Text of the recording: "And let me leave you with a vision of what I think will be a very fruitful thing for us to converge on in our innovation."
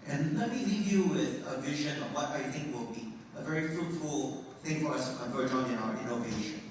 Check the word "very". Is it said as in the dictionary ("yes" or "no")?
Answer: yes